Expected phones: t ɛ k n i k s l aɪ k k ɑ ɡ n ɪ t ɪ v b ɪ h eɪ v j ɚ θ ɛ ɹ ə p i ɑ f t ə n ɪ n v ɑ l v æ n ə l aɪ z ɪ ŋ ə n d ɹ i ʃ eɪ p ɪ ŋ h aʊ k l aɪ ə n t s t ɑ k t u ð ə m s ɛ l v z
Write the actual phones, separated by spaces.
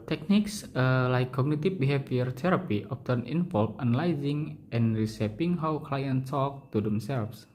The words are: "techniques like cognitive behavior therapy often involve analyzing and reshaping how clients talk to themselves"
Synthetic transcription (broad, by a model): t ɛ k n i k s l aɪ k k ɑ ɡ n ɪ t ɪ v b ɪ h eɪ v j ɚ t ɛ ɹ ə p i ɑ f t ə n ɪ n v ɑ l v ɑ n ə l aɪ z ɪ ŋ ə n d ɹ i s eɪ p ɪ ŋ h aʊ k l aɪ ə n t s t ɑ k t u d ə m s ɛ l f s